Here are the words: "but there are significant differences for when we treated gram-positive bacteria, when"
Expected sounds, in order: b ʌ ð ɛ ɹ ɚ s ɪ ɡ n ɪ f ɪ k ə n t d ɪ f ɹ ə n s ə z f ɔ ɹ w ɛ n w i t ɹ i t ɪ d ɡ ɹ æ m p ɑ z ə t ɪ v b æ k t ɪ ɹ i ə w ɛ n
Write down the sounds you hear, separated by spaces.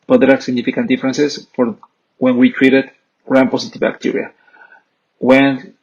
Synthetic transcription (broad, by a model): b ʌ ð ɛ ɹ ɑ s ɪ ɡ n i f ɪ k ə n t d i f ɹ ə n s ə s f ɔ ɹ w ɛ n w i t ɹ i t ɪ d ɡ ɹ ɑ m p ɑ s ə t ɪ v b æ k t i ɹ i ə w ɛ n